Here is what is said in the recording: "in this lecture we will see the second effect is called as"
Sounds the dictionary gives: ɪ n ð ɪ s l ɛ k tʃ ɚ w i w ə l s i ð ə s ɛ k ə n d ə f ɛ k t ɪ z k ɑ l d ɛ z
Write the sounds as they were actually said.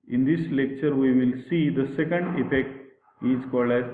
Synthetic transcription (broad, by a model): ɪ n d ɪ s l ɛ k tʃ ɚ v i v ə l s i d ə s ɛ k ə n d ə f ɛ k t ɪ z k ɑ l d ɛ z